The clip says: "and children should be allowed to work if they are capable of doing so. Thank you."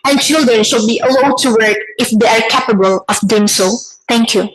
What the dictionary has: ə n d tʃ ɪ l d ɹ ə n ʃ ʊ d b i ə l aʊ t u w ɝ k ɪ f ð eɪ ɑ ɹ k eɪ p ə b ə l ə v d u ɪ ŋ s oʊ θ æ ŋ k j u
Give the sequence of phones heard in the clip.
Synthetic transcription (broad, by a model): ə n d tʃ ɪ l d ɹ ə n ʃ ʊ d b i ə l aʊ t u w ɝ k ɪ f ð eɪ ɑ ɹ k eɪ p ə b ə l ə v d u ɪ ŋ s oʊ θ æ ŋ k j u